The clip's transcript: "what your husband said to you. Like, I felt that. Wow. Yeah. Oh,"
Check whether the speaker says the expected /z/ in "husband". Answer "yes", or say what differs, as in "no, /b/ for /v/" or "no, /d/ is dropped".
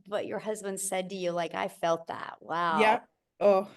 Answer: yes